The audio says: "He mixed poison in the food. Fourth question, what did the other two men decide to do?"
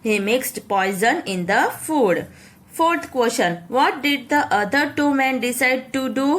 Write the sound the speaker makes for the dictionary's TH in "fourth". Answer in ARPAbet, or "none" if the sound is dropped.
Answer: T